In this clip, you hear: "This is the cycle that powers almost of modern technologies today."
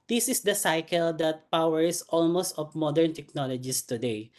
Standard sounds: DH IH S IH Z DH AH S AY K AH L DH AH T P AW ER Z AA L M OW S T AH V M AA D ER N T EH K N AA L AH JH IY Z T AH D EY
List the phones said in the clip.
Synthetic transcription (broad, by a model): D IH S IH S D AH S AY K AH L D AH T P AW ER S AA L M OW S T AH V M AA D ER N T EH K N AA L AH JH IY S T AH D EY